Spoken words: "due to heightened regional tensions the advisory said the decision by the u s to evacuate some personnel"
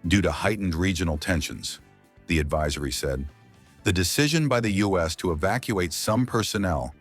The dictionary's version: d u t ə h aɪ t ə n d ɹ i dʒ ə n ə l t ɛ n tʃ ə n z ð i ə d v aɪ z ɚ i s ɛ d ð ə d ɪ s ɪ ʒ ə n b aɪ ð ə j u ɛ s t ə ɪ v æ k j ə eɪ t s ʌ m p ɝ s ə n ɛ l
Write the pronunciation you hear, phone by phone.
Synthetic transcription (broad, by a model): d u t ə h aɪ t n d ɹ i dʒ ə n l t ɛ n ʃ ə n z ð i ə d v aɪ z ɚ i s ɛ d ð ə d ɪ s ɪ ʒ ə n b aɪ ð ə j u ɛ s t ə ɪ v æ k j ə eɪ t s ʌ m p ɝ s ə n ɛ l